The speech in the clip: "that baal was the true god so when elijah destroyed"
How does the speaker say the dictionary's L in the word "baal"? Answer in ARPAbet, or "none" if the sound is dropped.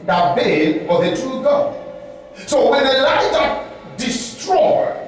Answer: N